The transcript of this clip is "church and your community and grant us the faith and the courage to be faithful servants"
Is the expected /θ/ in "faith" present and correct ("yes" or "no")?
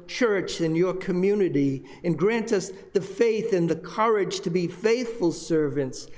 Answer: yes